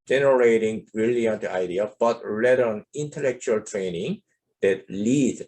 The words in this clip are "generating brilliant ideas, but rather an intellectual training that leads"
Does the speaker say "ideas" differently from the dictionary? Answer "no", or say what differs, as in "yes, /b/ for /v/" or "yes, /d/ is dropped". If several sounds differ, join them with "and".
yes, /z/ is dropped